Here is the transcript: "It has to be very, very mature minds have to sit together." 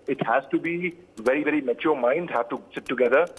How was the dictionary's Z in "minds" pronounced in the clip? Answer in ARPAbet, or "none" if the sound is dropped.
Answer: none